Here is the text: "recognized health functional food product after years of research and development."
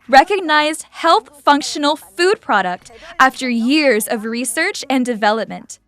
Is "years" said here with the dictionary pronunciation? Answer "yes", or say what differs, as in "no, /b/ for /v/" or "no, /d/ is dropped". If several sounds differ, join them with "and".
yes